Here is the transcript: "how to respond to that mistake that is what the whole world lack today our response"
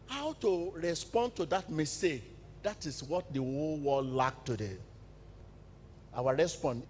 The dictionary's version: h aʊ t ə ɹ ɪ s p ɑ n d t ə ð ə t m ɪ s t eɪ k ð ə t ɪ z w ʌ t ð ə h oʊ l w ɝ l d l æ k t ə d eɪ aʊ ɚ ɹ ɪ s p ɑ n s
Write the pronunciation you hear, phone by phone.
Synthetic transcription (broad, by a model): h aʊ t ə ɹ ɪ s p ɑ n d t ə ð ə t m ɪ s t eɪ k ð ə t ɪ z w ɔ t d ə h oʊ l w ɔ d l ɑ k t ə d eɪ aʊ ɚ ɹ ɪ s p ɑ n